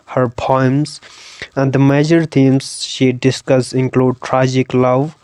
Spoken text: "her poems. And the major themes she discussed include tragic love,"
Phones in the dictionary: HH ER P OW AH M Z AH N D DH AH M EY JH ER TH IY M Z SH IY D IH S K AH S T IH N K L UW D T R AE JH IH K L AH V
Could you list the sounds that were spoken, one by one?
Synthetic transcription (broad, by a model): HH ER P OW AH M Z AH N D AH M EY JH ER T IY M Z SH IY D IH S K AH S IH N K L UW D T R AE JH IH K L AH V